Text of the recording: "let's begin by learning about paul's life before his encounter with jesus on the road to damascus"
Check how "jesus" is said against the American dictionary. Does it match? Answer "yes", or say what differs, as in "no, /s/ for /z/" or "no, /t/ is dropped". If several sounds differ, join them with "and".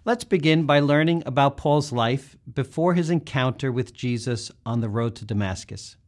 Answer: yes